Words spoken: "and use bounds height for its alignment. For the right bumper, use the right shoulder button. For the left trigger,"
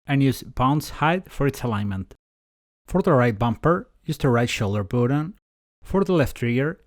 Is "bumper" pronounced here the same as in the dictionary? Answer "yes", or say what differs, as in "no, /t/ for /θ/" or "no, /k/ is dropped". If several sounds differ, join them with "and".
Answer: yes